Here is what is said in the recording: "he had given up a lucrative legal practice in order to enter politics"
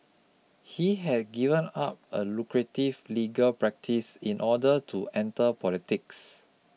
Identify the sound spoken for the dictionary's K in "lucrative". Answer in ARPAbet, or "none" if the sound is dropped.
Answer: K